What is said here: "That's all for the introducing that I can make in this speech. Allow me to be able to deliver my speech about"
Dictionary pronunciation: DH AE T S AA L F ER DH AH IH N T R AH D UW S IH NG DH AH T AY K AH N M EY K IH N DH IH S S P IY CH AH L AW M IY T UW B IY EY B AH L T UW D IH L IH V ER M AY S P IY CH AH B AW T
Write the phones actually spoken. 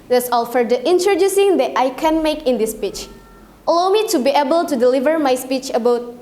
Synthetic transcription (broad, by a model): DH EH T S AA L F ER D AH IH N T R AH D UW S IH NG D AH T AY K AH N M EY K IH N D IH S S P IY CH AH L AW M IY T UW B IY EY B AH L T UW D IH L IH V ER M AY S P IY CH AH B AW T